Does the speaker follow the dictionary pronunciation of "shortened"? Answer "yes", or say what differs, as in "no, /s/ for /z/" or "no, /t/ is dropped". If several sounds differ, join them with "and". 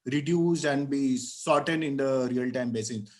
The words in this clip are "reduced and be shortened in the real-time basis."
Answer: no, /s/ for /ʃ/